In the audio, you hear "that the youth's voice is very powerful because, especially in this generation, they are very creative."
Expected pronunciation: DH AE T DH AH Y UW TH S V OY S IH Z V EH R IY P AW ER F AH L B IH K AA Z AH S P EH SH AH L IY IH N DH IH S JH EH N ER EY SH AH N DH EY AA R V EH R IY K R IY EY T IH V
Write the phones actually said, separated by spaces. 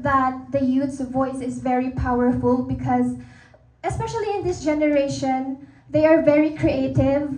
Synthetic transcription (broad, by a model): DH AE T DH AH Y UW T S V OY S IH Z V EH R IY P AW ER F AH L B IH K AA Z AH S P EH SH AH L IY IH N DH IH S JH EH N ER EY SH AH N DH EY AA R V EH R IY K R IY EY T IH V